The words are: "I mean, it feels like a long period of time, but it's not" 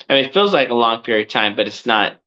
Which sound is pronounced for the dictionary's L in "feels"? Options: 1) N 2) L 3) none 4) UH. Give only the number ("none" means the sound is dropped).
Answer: 2